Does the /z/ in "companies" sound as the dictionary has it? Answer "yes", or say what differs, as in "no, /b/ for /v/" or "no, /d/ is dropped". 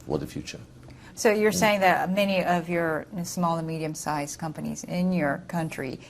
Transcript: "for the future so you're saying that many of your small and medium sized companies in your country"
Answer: yes